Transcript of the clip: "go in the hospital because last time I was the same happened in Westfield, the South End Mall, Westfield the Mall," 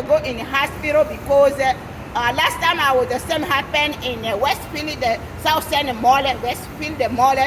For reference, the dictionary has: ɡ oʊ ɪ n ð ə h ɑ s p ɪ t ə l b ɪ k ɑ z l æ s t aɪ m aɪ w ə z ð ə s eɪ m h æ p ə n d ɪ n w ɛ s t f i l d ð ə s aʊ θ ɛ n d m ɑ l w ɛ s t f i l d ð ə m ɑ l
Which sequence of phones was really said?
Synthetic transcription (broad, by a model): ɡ oʊ ɪ n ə h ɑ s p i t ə b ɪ k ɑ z l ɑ s t aɪ m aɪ w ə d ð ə s eɪ m h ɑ p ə n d ɪ n w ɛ s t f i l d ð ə s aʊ s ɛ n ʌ m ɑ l w ɛ s t f i l d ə m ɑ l